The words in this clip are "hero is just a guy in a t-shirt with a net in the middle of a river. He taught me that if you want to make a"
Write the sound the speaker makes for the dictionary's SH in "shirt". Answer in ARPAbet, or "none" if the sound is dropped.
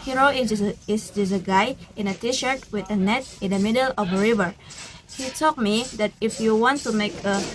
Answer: SH